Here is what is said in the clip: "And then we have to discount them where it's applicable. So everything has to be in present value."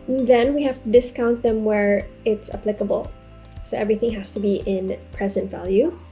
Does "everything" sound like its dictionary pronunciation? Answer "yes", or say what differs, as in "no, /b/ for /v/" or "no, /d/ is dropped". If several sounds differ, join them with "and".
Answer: yes